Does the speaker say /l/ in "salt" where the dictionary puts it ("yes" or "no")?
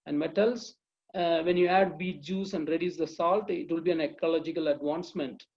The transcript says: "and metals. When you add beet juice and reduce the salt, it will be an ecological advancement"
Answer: yes